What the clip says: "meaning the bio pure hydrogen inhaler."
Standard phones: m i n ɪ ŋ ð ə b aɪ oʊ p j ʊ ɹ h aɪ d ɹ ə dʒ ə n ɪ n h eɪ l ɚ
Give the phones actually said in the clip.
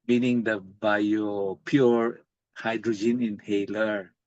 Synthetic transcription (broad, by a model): m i n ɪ ŋ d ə b aɪ oʊ p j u ɹ h aɪ d ɹ ə dʒ ə n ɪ n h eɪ l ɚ